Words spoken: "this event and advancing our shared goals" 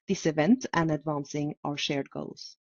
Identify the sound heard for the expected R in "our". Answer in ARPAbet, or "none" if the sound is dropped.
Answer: R